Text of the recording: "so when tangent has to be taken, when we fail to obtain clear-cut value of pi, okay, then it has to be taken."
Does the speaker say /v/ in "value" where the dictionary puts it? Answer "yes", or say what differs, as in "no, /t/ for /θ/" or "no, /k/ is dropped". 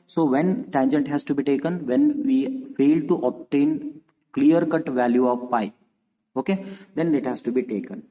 yes